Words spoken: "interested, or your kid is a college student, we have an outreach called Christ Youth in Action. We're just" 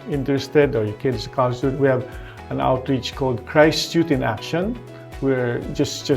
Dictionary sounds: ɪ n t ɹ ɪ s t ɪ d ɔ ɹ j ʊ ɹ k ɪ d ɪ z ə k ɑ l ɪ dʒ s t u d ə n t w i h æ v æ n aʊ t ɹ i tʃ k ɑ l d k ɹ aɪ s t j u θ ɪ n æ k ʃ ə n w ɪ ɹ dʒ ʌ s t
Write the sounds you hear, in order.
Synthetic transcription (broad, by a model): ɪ n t ɹ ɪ s t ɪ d ɔ ɹ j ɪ k ɪ d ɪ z ə k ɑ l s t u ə t w i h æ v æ n aʊ t ɹ i tʃ k ɑ l d k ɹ aɪ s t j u t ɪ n æ k ʃ ə n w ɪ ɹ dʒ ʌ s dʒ